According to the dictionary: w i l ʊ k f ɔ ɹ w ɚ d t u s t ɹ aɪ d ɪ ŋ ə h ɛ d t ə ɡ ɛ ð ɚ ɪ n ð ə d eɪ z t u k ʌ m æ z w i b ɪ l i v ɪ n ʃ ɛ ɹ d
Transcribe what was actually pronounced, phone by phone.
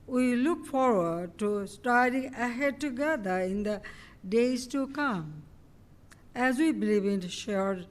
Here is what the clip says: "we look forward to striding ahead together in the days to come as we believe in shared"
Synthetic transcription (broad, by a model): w i l ʊ k f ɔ ɹ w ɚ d t u s t aɪ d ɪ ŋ ə h ɛ d t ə ɡ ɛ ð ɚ ɪ n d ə d eɪ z t u k ʌ m æ z w i b ɪ l i v ɪ n ʃ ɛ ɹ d